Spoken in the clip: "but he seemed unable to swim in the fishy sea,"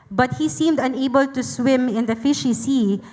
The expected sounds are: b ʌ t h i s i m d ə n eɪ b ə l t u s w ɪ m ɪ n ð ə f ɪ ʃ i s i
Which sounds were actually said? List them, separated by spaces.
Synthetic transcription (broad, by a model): b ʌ t h i s i m d ə n eɪ b ə l t u s w ɪ m ɪ n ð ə f ɪ ʃ i s i